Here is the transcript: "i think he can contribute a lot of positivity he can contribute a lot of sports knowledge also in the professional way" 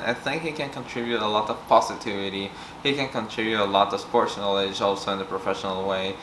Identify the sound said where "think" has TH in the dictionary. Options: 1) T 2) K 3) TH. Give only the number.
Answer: 3